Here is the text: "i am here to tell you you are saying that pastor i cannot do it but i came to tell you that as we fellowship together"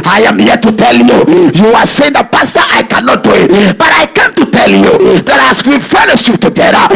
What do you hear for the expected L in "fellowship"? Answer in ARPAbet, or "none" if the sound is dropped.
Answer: N